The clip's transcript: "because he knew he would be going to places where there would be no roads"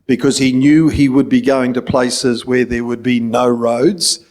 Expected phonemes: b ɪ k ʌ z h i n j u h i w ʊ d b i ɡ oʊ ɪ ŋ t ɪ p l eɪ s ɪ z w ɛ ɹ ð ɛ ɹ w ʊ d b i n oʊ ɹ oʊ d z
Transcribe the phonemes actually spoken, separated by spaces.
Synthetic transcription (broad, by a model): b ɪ k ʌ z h i n j u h i w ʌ d b i ɡ oʊ ɪ ŋ t ɪ p l eɪ s ɪ z w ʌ ɹ ð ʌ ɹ w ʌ d b i n oʊ ɹ oʊ d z